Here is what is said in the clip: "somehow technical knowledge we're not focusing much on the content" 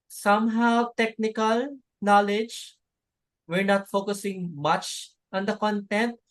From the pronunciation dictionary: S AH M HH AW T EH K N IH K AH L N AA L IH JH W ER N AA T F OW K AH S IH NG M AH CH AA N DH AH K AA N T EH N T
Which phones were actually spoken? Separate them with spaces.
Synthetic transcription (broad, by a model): S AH M HH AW T EH K N IH K AH L N AA L IH JH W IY N AA T F OW K AH S IH NG M AH CH AA N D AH K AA N T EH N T